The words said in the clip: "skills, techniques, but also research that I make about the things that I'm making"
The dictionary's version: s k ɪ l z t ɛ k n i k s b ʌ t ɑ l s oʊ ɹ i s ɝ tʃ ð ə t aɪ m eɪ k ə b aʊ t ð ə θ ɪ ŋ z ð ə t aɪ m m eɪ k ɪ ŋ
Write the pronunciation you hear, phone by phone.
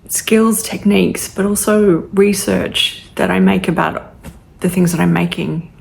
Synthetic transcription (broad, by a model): s k ɪ l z t ɛ k n i k s b ʌ t ɑ l s oʊ ɹ i s ɝ tʃ ð ə t aɪ m eɪ k ə b aʊ t ð ə θ ɪ ŋ z ð ə t aɪ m m eɪ k ɪ ŋ